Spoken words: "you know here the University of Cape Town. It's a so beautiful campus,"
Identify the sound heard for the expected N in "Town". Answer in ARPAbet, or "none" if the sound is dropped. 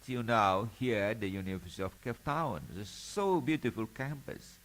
none